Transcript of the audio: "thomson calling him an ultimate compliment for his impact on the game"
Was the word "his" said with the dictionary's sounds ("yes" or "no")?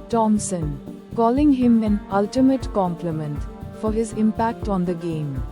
yes